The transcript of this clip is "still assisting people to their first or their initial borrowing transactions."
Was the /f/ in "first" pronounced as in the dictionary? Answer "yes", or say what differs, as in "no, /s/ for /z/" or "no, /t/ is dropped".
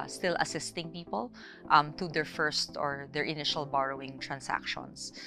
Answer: yes